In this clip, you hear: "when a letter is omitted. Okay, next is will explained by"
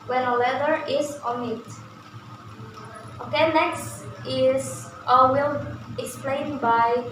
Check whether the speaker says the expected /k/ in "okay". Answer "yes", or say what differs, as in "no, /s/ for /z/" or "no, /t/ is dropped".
yes